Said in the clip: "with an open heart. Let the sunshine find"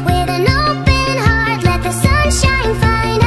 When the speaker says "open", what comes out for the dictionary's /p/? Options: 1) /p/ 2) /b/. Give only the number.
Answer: 2